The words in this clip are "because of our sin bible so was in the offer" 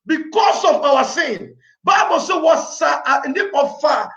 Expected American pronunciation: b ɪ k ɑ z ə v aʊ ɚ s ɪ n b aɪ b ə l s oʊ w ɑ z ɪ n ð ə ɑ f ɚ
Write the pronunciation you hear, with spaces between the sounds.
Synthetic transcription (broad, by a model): b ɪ k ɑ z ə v aʊ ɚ s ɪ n b aɪ b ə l s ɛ w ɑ s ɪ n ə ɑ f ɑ